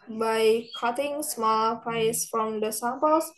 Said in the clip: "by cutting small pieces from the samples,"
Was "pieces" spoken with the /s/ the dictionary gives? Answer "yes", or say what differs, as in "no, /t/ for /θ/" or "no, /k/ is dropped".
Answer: no, /s/ is dropped